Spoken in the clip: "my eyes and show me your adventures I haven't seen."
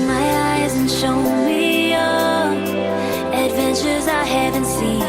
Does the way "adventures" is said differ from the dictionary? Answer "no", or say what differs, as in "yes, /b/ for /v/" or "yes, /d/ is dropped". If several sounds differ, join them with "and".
no